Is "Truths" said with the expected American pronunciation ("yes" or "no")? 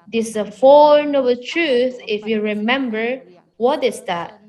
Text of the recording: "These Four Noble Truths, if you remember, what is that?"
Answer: no